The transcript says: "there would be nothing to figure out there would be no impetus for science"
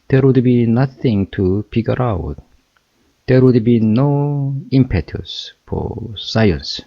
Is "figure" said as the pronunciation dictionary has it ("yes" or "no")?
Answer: no